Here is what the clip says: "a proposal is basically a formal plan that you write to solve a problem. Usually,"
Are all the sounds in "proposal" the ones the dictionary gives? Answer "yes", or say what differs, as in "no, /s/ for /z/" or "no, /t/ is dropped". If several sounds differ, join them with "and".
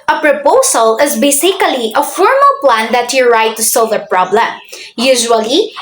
no, /s/ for /z/